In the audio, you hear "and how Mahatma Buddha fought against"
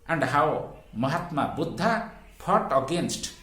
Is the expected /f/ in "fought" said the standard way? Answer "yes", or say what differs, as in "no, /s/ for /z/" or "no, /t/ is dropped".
no, /p/ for /f/